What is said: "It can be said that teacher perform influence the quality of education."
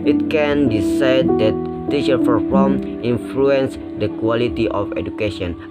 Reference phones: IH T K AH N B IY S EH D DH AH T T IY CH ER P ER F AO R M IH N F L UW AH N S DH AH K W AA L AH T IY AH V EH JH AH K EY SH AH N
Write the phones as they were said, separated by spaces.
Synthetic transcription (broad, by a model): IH T K AH N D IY S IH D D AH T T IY SH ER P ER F AO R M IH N F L UW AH N S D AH K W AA L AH T IY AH F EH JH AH K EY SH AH N